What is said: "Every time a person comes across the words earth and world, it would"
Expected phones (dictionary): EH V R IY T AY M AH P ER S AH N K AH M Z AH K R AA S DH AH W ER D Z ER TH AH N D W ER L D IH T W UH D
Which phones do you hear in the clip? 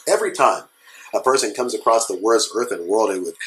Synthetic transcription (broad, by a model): EH V R IY T AY M AH P ER S AH N K AH M Z AH K R AA S DH AH W ER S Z ER TH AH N W ER L D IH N W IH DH